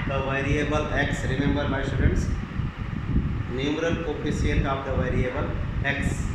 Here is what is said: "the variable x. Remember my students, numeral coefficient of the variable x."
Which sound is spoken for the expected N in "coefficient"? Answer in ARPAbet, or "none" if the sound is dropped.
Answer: L